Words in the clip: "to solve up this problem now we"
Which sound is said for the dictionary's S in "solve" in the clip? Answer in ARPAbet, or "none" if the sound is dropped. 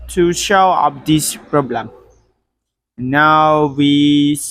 SH